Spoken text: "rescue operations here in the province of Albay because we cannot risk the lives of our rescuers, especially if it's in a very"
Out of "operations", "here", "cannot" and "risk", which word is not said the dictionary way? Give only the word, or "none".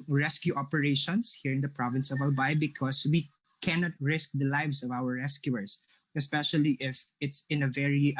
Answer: operations